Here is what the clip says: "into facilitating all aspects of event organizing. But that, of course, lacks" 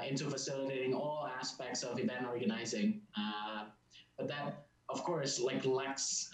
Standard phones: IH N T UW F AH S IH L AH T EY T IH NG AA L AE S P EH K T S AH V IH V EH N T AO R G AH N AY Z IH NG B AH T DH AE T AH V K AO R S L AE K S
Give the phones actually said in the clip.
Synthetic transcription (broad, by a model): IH N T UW F AH S IH L AH T EY T IH NG AA L AE S P EH K T S AH V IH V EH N AO R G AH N AY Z IH NG B AH T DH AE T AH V K AO R S L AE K S